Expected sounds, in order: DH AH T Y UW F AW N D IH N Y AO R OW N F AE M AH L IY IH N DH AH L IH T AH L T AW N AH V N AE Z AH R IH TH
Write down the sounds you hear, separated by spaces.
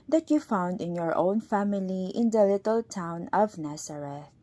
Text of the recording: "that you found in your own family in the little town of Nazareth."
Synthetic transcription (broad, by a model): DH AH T Y UW F AW N D IH N Y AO R OW N F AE M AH L IY IH N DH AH L IH T AH L T AW N AH V N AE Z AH R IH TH